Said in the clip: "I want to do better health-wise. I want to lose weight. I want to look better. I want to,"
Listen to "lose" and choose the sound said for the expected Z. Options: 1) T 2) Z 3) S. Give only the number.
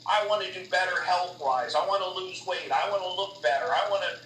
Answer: 2